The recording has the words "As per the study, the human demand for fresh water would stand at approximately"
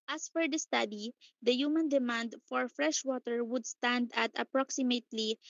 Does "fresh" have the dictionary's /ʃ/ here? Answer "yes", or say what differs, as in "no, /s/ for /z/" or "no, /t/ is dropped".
yes